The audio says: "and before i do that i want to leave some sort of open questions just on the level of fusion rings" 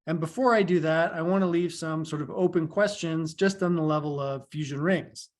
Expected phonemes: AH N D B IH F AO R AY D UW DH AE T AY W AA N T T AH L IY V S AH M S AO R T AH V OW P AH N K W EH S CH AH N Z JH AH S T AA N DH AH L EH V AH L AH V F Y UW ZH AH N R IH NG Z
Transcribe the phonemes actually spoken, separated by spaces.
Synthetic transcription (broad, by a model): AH N B IH F AO R AY D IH DH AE T AY W AA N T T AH L IY V S AH M S AO R T AH V OW P AH N K W EH S CH AH N Z JH AH S T N DH AH L EH V AH L AH V F Y UW ZH AH N R IH NG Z